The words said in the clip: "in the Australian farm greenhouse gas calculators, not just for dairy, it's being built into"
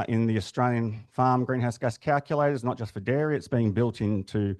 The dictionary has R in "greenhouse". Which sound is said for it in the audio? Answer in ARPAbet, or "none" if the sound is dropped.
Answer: R